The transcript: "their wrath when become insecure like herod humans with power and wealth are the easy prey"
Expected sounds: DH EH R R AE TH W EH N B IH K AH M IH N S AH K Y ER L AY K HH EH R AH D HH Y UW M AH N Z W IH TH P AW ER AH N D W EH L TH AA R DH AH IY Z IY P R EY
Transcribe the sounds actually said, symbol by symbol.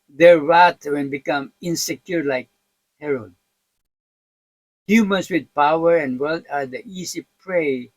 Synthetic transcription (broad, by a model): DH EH R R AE T W EH N B IH K AH M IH N S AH K Y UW L AY K HH EH R AH D HH Y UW M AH N S W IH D P AW ER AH N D W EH L T AA R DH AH IY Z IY P R EY